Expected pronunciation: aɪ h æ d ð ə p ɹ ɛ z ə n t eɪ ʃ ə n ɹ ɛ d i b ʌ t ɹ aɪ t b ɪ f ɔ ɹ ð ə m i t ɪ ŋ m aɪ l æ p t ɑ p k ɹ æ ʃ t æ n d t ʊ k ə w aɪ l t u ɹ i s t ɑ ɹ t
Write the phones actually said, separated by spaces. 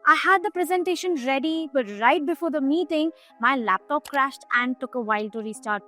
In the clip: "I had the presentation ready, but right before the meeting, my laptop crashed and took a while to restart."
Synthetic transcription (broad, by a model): aɪ h æ d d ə p ɹ ɛ z ə n t eɪ ʃ ə n ɹ ɛ d i b ʌ t ɹ aɪ t b ɪ f ɔ ɹ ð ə m i t ɪ ŋ m aɪ l æ p t ɑ p k ɹ æ ʃ t æ n d t ʊ k ə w aɪ l t u ɹ i s t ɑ ɹ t